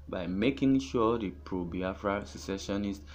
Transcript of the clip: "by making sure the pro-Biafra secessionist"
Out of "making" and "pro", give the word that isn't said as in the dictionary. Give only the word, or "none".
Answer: none